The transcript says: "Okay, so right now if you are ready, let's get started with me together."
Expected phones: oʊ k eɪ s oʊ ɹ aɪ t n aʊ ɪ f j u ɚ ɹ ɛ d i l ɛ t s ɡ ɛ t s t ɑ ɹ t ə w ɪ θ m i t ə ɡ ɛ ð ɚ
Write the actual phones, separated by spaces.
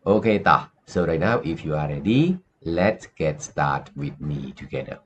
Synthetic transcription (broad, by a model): oʊ k eɪ s oʊ ɹ aɪ t n aʊ ɪ f j u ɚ ɹ ɛ d i l ɛ t s ɡ ɛ t s t ɑ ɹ t w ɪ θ m i t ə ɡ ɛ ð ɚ